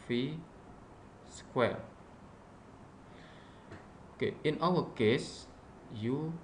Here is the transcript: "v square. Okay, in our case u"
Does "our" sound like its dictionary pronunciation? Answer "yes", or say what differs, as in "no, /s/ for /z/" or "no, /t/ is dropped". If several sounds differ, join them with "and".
no, /l/ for /ɹ/